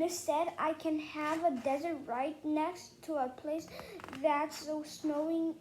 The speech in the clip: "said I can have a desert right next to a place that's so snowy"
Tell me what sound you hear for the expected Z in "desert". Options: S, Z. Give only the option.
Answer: Z